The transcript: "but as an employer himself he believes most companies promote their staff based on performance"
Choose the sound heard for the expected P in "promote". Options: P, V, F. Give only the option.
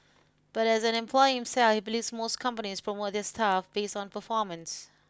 F